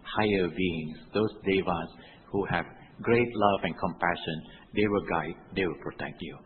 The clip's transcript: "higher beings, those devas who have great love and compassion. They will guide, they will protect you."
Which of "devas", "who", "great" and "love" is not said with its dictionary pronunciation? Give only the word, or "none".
none